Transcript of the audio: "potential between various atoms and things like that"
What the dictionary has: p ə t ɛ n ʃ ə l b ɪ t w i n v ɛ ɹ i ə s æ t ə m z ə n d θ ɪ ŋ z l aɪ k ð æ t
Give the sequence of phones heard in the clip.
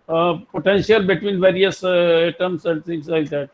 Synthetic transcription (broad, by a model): p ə t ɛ n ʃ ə l b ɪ t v i n v ɛ ɹ i ə s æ t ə m s ə n d t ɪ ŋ s l aɪ k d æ t